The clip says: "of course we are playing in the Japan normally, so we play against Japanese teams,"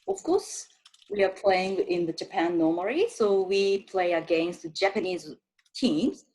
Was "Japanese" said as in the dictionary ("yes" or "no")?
yes